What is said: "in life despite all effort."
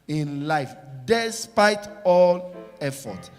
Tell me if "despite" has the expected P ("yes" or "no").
yes